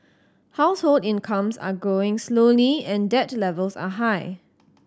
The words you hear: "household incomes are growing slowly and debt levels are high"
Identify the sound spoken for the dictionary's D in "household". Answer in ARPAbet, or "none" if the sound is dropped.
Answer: D